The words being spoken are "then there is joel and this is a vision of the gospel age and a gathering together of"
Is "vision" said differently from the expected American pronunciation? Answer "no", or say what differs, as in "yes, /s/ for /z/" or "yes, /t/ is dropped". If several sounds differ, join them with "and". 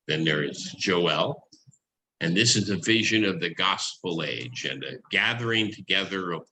no